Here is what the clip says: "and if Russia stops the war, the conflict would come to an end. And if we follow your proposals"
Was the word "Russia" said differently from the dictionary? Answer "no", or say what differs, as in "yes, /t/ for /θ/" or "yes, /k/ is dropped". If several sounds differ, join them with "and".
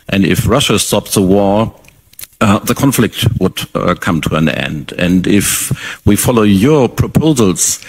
no